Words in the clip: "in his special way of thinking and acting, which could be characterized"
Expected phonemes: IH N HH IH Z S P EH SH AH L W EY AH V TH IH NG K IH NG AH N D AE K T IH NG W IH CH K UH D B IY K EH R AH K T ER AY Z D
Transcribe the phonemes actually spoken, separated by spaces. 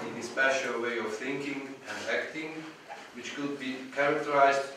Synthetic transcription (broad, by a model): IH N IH S P EH SH AH L W EY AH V TH IH NG K IH NG AH N D AE K T IH NG W IH CH K UH D B IY K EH R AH K T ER AY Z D